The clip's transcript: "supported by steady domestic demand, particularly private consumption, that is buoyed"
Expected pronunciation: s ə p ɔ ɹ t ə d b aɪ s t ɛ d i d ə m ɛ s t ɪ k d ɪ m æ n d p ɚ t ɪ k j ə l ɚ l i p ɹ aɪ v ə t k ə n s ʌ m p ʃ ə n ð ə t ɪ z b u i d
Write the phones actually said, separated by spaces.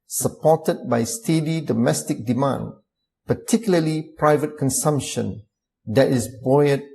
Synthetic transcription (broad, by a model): s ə p ɔ t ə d b aɪ s t ɛ d i d ə m ɛ s t ɪ k d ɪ m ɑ n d p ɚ t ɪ k j l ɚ l i p ɹ aɪ v ə t k ə n s ʌ m p ʃ ə n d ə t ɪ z b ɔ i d